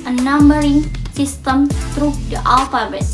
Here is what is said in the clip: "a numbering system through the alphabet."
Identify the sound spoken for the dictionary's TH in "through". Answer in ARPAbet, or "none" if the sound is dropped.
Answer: T